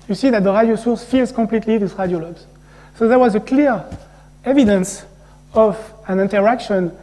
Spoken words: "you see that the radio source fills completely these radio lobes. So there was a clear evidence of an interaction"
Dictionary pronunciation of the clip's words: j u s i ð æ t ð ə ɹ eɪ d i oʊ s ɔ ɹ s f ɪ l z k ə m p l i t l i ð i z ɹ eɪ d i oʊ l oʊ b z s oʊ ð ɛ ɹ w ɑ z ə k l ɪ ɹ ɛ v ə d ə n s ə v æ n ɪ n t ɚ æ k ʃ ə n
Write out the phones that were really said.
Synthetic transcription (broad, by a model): j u s i ð æ t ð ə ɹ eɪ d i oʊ s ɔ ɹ s f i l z k ə m p l i t l i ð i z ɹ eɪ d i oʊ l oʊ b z s oʊ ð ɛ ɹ w ɑ z ə k l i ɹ ɛ v ə d ə n s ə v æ n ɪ n t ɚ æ k ʃ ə n